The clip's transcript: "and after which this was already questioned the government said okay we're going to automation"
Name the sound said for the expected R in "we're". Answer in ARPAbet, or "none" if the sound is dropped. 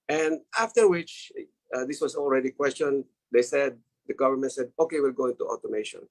L